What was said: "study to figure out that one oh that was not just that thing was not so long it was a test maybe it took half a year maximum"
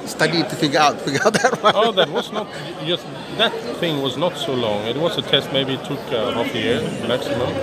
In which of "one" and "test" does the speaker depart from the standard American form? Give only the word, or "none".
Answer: one